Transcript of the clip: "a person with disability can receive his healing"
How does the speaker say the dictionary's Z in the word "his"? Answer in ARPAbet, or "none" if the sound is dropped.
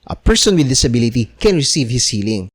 S